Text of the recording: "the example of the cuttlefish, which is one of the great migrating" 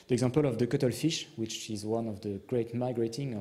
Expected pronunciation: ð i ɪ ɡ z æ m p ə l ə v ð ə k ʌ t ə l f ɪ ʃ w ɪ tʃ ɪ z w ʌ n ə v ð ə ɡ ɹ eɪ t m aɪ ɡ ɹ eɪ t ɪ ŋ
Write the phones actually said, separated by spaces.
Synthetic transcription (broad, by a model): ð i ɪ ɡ z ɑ p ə l ə v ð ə k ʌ t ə l f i ʃ w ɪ tʃ ɪ z w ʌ n ə v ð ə ɡ ɹ eɪ t m aɪ ɡ ɹ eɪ t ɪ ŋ